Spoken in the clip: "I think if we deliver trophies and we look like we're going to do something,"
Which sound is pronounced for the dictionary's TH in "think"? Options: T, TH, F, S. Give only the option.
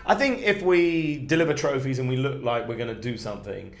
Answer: TH